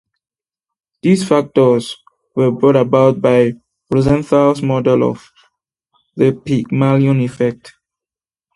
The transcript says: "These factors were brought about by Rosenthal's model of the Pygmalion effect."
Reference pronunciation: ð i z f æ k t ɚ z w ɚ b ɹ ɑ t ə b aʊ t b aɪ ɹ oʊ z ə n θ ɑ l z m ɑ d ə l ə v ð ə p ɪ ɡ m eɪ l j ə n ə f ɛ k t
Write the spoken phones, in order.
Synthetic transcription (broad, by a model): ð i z f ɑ k t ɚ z w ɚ b ɹ ɑ t ə b aʊ t b aɪ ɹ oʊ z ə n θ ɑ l s m ɑ d ə l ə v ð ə p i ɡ m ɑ l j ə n ə f ɛ k t